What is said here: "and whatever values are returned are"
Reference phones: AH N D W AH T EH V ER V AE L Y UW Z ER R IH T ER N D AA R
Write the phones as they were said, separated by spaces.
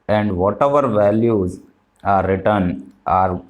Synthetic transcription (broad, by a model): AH N D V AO T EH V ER V AE L Y UW Z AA R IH T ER N AA R